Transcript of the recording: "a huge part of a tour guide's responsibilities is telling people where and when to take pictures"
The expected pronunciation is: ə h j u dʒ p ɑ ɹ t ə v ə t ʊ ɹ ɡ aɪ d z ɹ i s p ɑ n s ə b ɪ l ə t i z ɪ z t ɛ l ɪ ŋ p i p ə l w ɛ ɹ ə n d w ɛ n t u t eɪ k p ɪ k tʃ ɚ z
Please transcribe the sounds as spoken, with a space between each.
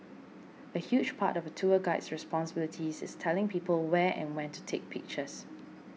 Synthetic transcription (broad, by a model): ə h j u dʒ p ɑ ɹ t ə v ə t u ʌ ɡ aɪ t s ɹ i s p ɑ n s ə b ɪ l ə t i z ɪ s t ɛ l ɪ ŋ p i p ə l w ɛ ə n w ɛ n t u t eɪ k p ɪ k tʃ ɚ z